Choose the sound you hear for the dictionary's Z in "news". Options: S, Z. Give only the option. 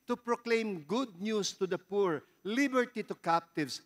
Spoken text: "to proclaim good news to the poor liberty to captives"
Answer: S